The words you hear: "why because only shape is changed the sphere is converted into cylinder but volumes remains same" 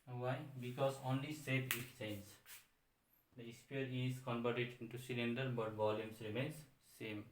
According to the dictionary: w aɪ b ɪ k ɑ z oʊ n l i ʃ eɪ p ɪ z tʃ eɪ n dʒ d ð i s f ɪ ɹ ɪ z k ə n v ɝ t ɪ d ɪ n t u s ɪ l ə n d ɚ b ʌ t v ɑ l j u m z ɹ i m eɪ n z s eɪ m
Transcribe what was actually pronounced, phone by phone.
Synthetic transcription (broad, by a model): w aɪ b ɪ k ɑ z oʊ n l i s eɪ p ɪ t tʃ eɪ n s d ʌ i s p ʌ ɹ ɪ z k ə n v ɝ t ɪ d ɪ n t u s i l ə n d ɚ b ʌ t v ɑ l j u m s ɹ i m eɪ n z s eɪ m